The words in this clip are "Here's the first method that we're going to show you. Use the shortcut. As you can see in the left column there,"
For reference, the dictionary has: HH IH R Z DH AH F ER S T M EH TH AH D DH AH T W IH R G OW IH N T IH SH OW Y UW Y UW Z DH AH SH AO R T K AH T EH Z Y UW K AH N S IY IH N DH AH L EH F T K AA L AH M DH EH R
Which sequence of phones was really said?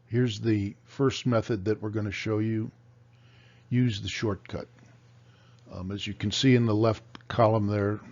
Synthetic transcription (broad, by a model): HH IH R Z DH AH F ER S T M EH TH AH D DH AH T W IH R G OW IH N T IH SH OW Y UW Y UW Z DH AH SH AO R T K AH T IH Z Y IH K AH N S IY IH N DH AH L EH F T K AA L AH M DH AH R